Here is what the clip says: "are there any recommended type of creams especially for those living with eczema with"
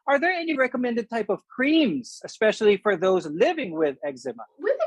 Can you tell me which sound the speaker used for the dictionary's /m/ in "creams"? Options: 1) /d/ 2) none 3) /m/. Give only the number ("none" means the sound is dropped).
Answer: 3